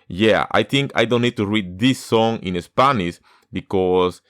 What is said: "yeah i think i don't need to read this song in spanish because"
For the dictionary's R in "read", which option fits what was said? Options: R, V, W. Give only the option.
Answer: R